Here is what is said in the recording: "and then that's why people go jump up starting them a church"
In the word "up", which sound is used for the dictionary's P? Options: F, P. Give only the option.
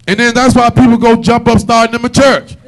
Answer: P